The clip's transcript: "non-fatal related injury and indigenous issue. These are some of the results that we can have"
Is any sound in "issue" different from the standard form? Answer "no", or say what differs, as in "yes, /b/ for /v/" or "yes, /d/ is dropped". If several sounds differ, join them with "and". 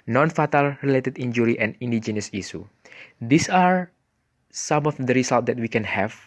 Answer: yes, /s/ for /ʃ/